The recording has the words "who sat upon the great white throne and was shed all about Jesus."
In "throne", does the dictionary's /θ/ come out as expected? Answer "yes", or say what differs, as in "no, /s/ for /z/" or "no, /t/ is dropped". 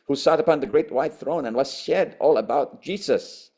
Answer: yes